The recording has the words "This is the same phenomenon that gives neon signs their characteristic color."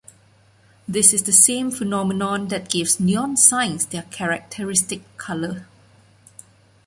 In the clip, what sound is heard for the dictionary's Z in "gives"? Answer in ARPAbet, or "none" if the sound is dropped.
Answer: S